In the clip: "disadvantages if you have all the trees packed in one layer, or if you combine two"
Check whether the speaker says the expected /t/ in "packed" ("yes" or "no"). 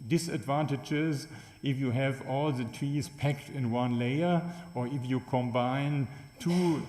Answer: yes